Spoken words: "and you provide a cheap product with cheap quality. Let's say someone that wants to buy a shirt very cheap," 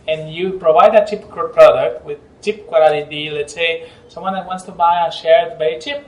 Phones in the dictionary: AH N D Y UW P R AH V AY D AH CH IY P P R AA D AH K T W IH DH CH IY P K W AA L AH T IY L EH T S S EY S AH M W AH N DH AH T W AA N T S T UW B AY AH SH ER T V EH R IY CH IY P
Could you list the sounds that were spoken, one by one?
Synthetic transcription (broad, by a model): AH N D Y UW P R AH V AY D AH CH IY P P R AA D AH K T W IH DH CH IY P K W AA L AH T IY L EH T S S EY S AH M W AH N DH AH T W AA N T S T UW B AY AH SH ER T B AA IY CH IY P